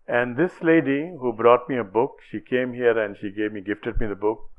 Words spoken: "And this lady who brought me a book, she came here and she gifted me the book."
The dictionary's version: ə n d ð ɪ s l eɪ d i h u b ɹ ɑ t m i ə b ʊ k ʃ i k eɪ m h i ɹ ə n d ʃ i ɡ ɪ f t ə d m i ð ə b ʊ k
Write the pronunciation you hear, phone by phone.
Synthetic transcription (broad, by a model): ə n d ɪ s l eɪ d i h u b ɹ ɑ t m i ə b ʊ k ʃ i k eɪ m h i ɹ ə n d ʃ i ɡ ɪ f t ə d m i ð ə b ʊ k